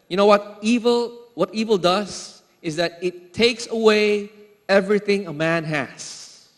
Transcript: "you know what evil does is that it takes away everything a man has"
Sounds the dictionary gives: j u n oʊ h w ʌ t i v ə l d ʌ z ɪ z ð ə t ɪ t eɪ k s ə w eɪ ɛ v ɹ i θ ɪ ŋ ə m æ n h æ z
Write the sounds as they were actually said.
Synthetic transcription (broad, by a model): j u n oʊ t w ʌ t i v ə l d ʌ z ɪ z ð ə t ɪ t eɪ k s ə w eɪ ɛ v ɹ i θ ɪ ŋ ə m æ n h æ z